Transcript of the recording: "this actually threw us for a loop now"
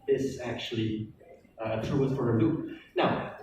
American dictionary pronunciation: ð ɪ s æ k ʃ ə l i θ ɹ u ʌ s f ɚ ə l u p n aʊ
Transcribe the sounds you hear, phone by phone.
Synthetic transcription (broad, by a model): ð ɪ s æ k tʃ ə l i t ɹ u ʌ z f ɚ ə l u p n aʊ